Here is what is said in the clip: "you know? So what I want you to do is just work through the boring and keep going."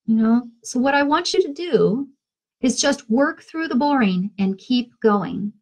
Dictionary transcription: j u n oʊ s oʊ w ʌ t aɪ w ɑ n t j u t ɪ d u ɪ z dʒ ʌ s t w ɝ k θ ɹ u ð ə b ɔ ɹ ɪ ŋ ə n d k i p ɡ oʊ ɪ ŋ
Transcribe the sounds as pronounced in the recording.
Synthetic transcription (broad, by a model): j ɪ n oʊ s oʊ w ʌ t aɪ w ɑ n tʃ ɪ t ɪ d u ɪ z dʒ ʌ s t w ɝ k θ ɹ u ð ə b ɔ ɹ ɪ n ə n k i p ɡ oʊ ɪ ŋ